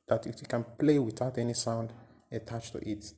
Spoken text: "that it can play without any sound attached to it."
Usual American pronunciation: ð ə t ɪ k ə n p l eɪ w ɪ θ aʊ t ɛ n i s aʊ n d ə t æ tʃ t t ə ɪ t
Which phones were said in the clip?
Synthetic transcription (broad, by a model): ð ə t ɪ k ə n p l eɪ w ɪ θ aʊ t ɛ n i s aʊ n d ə t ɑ tʃ t t ə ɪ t